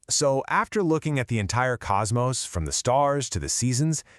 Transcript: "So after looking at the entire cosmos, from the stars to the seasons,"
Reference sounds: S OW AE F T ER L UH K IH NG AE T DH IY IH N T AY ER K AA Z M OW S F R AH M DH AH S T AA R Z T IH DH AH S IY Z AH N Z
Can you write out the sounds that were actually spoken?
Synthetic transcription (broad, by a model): S OW AE F T ER L UH K IH NG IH T DH IY IH N T AY ER K AA Z M OW S F R AH M DH AH S T AA R Z T IH DH AH S IY Z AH N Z